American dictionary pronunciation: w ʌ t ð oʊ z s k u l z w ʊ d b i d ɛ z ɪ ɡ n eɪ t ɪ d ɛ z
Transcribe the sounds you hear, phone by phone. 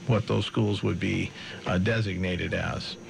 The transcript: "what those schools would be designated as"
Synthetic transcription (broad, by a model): w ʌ t ð oʊ z s k u l z w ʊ d b i d ɛ z ɪ ɡ n eɪ t ɪ d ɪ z